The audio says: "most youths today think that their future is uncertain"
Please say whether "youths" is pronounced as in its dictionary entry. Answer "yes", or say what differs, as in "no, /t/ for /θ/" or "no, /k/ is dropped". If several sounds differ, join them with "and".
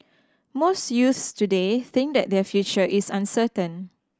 yes